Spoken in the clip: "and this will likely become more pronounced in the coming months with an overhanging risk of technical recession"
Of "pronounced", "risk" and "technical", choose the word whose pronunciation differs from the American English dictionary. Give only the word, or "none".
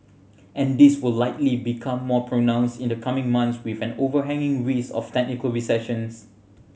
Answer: risk